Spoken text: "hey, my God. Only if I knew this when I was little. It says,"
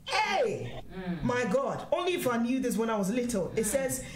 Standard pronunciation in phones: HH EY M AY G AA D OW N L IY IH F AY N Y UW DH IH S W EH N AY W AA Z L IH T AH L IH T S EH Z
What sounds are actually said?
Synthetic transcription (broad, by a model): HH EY M AY G AA D OW N L IY IH F AY N Y UW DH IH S W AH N AY W AA Z L IH T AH L IH T S EH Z